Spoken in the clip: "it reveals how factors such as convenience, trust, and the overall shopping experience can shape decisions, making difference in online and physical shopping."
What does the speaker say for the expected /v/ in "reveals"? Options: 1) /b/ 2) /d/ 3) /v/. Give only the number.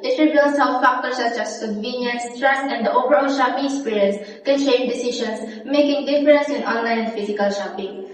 1